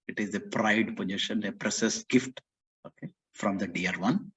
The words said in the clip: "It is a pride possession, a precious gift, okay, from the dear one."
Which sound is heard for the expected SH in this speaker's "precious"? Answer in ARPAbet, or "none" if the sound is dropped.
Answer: S